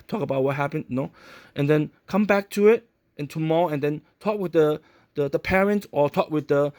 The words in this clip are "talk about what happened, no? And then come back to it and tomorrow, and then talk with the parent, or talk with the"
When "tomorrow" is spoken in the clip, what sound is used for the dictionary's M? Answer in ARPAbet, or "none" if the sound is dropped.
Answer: M